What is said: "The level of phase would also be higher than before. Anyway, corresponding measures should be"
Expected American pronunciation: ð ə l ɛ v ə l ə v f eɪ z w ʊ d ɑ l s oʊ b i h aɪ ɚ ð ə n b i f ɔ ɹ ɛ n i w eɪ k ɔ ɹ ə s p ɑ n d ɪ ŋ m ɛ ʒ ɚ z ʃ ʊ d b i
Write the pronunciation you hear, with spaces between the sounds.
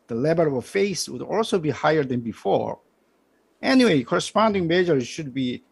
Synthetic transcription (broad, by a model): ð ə l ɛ b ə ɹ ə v f eɪ s w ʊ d ɑ l s oʊ b i h aɪ ɚ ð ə n b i f ɔ ɹ ɛ n i w eɪ k ɔ ɹ ə s p ɑ n d ɪ ŋ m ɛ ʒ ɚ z ʃ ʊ d b i